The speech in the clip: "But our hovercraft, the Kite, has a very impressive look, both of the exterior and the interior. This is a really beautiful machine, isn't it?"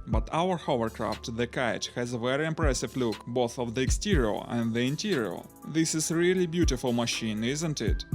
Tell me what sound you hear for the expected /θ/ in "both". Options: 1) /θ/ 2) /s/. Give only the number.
1